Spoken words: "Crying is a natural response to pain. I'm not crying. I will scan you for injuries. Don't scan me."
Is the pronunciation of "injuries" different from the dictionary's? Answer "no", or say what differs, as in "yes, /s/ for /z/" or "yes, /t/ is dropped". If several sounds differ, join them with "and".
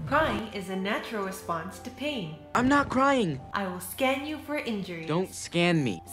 yes, /z/ is dropped